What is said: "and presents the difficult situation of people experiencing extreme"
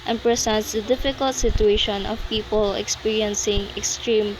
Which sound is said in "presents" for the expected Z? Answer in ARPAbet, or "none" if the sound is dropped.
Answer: S